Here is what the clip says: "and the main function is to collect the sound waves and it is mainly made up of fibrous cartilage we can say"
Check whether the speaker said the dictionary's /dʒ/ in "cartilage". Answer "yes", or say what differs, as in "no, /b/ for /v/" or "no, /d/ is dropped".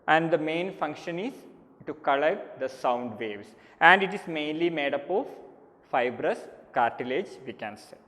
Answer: yes